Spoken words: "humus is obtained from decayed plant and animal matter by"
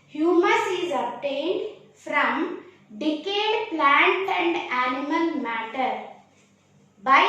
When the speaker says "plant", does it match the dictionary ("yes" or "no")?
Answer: yes